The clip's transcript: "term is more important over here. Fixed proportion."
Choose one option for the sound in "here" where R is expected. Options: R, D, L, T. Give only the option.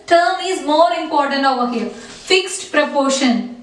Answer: L